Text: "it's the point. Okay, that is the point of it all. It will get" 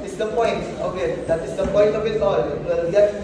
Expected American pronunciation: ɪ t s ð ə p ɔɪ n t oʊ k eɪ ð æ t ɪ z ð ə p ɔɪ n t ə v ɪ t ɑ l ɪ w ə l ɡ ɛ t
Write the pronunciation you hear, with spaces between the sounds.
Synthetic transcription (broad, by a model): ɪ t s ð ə p ɔɪ n t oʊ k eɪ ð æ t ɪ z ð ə p ɔɪ n t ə b ɪ t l ɪ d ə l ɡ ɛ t